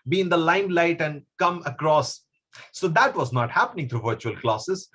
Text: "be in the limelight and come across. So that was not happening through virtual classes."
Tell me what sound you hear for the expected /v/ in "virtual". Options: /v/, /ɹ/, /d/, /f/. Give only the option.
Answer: /v/